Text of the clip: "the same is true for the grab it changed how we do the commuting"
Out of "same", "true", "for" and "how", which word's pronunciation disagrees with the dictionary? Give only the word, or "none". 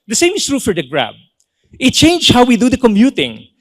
none